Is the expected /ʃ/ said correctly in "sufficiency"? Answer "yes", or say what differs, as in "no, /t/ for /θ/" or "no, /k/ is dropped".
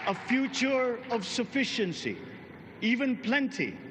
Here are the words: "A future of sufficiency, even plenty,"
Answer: yes